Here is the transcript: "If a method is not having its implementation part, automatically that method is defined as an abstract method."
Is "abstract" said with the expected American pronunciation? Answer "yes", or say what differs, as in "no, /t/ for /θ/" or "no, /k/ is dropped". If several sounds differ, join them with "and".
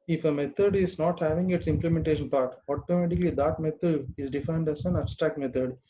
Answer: yes